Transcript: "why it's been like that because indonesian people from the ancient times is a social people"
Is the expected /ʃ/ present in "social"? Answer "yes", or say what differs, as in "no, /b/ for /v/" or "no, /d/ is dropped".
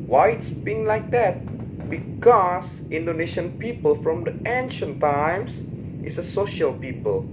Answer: yes